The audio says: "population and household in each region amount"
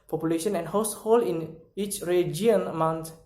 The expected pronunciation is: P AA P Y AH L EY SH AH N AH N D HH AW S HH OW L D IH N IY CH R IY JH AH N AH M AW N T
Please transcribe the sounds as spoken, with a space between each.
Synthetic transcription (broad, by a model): P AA P Y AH L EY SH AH N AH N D HH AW S HH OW L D IH N IY CH R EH JH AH N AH M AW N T